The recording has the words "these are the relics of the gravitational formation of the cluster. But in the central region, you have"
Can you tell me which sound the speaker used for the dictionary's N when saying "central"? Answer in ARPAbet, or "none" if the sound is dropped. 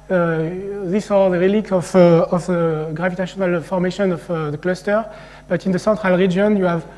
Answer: none